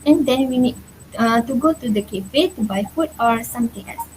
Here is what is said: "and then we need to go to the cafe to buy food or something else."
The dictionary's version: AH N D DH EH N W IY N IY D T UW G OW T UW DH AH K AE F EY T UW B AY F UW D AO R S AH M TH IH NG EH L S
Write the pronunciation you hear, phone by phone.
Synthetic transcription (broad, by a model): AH N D EH N W IY N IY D T UW G OW T UW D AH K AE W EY T UW B AY F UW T AO R S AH M T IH NG EH L S